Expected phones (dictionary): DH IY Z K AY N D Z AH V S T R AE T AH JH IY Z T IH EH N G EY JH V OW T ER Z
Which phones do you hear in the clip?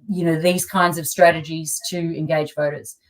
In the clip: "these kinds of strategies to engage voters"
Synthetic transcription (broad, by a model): DH IY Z K AY N D Z AH V S T R AE T AH JH IY Z T IH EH N G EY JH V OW T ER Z